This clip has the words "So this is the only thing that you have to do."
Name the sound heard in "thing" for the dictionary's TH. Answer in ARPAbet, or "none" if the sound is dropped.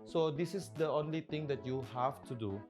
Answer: T